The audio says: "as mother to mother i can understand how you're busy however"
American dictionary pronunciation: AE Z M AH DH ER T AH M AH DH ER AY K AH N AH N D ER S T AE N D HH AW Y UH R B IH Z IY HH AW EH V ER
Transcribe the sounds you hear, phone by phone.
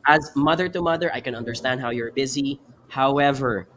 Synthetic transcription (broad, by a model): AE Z M AH DH ER T AH M AH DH ER AY K AH N AH N D ER S T AE N D HH AW Y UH R B IH Z IY HH AW EH V ER